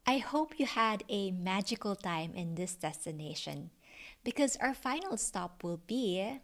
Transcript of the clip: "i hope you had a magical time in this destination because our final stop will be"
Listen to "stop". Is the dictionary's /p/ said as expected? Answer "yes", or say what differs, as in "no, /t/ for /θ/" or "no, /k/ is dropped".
yes